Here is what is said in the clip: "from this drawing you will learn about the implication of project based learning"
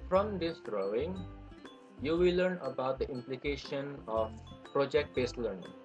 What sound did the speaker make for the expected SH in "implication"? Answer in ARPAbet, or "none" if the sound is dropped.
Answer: SH